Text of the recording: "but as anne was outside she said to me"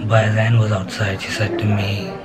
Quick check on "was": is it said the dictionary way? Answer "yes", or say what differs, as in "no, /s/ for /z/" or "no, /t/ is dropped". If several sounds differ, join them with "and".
yes